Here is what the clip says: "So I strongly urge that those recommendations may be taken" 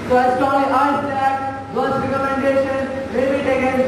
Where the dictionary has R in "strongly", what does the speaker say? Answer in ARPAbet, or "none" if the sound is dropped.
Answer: none